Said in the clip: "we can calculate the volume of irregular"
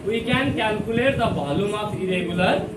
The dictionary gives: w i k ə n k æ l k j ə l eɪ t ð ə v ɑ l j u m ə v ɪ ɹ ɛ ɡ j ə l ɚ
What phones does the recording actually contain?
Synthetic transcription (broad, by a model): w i k ə n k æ l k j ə l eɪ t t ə b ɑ l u m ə p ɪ ɹ ɛ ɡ j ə l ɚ